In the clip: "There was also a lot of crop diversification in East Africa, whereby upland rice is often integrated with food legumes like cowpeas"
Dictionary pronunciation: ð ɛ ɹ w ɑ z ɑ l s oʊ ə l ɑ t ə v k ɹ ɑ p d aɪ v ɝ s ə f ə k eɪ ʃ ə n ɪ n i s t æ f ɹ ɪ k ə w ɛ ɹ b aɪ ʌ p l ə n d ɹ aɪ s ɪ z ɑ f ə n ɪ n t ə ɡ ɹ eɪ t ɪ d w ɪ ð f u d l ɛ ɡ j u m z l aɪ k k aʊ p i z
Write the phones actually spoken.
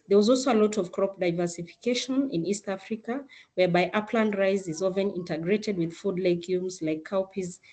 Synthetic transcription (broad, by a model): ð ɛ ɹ w ɑ z ɑ l s oʊ ə l ɑ t ə v k ɹ ɑ p d aɪ v ɝ s ə f ə k eɪ ʃ ə n ɪ n i s t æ f ɹ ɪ k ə w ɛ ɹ b aɪ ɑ p l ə n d ɹ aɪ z ɪ z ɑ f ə n ɪ n t ə ɡ ɹ eɪ t ɪ d w ɪ ð f u d l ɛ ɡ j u m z l aɪ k k aʊ p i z